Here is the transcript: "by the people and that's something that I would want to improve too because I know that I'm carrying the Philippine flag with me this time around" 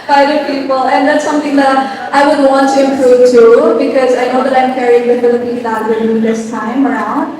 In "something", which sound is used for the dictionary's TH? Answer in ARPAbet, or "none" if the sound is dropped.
T